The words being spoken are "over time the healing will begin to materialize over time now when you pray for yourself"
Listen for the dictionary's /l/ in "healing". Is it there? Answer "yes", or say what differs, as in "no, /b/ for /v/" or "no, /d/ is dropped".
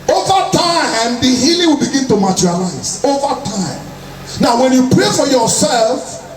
yes